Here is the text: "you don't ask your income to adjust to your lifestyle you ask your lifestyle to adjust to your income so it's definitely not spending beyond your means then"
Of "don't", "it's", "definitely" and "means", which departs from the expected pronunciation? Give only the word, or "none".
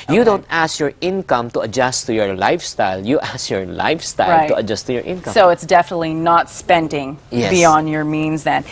none